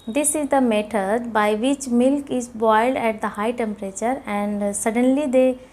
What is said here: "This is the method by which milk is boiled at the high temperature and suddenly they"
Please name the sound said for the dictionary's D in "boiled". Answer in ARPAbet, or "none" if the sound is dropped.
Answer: D